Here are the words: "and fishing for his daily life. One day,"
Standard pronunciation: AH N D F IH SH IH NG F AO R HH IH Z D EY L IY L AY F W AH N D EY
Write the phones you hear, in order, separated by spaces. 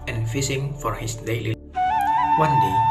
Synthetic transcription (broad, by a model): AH N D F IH S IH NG F AO R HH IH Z D EY L IY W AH N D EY